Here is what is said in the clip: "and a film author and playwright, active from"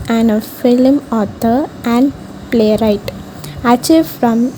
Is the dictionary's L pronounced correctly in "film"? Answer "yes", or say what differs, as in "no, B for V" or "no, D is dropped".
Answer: yes